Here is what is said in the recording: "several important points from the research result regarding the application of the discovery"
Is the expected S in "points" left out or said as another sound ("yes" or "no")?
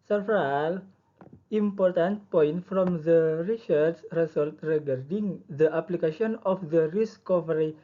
yes